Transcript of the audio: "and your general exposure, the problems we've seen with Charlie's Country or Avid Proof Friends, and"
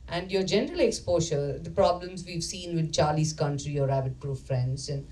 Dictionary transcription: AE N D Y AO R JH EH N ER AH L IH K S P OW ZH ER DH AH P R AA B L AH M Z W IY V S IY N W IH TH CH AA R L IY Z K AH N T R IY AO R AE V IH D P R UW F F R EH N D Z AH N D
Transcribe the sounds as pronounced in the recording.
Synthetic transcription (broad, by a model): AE N D Y AO R JH EH N ER AH L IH K S P OW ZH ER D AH P R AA B L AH M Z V IY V S IY N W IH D CH AA R L IY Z K AH N T R IY AO R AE B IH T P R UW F F R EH N D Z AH N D